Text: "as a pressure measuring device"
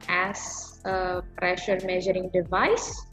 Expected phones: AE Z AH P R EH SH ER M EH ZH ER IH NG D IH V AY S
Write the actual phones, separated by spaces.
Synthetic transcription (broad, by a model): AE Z AH P R EH SH ER M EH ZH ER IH NG D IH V AY S